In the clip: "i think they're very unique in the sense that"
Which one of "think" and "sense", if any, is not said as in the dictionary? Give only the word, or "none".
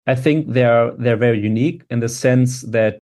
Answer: none